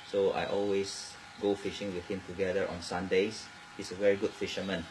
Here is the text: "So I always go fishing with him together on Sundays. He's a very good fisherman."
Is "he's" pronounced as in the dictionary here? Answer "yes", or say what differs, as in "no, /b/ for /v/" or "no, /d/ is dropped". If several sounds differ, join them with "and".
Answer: no, /s/ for /z/